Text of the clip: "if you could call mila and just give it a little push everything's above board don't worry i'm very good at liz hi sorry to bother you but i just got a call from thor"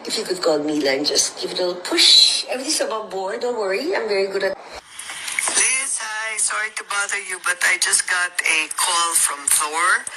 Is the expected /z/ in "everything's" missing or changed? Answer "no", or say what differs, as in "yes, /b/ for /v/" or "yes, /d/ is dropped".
yes, /s/ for /z/